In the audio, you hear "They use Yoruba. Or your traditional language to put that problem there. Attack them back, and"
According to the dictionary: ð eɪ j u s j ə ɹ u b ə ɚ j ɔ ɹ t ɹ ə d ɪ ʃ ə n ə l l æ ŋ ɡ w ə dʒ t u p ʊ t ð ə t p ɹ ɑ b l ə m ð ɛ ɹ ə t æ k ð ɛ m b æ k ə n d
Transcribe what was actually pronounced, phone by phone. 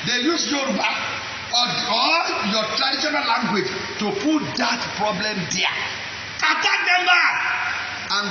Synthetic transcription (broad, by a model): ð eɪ j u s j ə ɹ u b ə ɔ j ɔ t ɹ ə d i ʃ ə n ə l l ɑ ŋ ɡ w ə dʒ t u p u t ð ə t p ɹ ɑ b l ə m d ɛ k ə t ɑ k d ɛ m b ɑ ə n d